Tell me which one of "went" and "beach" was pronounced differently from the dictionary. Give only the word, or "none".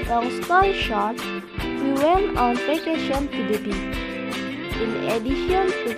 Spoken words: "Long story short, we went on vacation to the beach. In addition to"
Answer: beach